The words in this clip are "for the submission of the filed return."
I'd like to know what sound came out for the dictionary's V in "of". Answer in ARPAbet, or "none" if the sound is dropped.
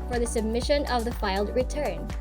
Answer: V